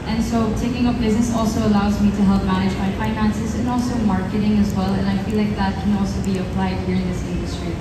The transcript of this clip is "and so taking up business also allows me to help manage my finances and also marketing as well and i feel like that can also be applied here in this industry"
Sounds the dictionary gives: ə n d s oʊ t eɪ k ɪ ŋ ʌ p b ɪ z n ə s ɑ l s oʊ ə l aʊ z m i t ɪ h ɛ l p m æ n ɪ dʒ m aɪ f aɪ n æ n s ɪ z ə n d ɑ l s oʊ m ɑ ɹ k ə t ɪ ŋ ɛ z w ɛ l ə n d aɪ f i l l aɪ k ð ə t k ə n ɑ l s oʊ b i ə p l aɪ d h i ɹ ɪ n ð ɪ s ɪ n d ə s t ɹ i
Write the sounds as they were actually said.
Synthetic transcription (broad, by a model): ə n s oʊ t eɪ k ɪ ŋ ʌ p b ɪ z n ə s ɑ l s oʊ ə l aʊ z m i t ɪ h ɛ l p m æ n ɪ dʒ m aɪ f aɪ n æ n s ɪ z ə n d ɑ l s oʊ m ɑ ɹ k ə t ɪ ŋ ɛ z w ɛ l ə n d aɪ f i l l aɪ k ð ə t k ə n ɑ l s oʊ b i ə p l aɪ d h i ɹ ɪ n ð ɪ s ɪ n d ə s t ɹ i